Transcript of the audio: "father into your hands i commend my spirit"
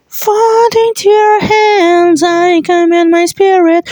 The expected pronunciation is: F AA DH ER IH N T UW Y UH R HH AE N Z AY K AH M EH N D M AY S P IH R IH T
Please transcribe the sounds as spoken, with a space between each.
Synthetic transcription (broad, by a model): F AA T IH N T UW Y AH R HH AE N Z AY K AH M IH N M AY S P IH R IH T